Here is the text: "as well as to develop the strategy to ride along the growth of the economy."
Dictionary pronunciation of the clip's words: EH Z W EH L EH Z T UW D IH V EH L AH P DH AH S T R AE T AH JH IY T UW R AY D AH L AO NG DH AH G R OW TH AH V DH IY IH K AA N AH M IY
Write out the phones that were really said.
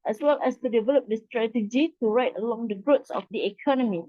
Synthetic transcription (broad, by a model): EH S W EH L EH S T UW D IH V EH L AH P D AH S T R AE T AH JH IY T UW R AY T AH L AO NG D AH G R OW S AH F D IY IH K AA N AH M IY